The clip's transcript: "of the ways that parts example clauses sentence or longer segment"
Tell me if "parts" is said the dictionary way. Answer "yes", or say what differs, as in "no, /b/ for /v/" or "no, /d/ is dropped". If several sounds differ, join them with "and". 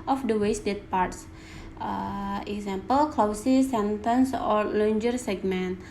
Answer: yes